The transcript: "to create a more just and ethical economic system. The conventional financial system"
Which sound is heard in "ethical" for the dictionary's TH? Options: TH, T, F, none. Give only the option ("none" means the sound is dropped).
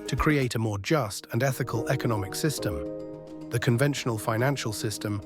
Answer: TH